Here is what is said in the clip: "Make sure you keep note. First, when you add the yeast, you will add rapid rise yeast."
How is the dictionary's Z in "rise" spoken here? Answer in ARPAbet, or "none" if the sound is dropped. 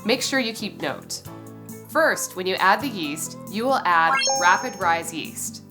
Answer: Z